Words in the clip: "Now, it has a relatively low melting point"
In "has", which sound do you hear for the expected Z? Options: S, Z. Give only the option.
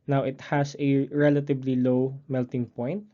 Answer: S